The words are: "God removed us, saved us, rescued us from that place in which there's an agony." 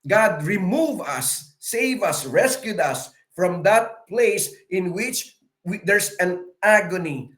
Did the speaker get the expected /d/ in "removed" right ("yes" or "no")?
no